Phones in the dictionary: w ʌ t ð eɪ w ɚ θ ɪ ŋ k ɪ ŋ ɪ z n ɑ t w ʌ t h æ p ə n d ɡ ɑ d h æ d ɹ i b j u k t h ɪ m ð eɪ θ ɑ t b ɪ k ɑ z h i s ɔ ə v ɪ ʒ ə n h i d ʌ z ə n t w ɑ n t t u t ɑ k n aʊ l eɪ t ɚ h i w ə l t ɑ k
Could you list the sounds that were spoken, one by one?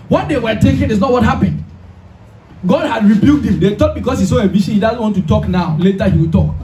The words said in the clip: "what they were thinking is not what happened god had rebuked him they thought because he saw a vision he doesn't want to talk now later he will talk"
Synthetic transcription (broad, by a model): w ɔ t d eɪ w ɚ t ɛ k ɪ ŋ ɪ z n ɑ t w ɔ t h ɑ p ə n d ɡ ɑ d h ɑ d ɹ i b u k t h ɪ m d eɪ t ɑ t b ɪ k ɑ s h i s ɔ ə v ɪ ʃ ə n h i d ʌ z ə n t w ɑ n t t u t ɑ k n aʊ l eɪ t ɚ h i w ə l t ɑ k